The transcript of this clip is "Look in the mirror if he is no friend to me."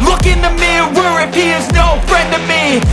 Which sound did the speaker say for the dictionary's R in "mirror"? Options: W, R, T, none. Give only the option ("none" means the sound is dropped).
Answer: W